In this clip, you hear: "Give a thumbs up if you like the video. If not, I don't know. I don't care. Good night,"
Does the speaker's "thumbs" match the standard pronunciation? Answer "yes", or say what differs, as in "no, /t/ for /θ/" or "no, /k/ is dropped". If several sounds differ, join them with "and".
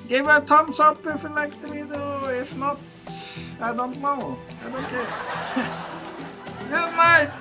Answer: no, /t/ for /θ/ and /s/ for /z/